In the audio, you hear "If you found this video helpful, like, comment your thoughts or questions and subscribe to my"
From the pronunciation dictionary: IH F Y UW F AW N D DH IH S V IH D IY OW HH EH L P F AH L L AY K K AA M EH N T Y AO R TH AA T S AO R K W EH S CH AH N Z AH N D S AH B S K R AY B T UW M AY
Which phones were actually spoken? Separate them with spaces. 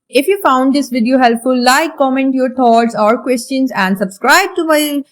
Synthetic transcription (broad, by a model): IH F Y UW F AW N D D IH S V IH D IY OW HH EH L P F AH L L AY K K AA M EH N T Y AO R T AA T S AO R K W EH S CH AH N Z AH N D S AH B S K R AY B T UW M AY